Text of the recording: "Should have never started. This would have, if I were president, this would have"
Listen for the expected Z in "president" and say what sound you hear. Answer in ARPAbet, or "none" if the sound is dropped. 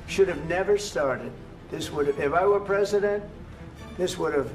Z